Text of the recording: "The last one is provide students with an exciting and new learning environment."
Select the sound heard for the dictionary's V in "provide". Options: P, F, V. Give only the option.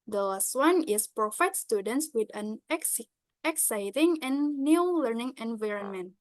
F